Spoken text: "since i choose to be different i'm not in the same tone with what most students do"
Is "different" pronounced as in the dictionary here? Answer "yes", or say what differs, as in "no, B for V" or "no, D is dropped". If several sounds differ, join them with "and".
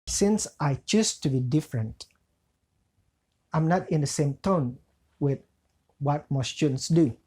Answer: yes